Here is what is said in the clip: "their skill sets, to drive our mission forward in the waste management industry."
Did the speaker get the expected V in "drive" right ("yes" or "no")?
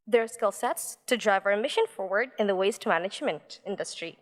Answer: yes